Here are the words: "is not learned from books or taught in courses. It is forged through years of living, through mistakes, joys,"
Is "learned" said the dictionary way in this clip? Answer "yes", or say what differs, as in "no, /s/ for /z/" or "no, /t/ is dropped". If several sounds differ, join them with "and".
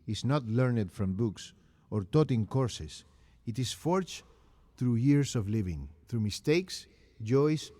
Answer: yes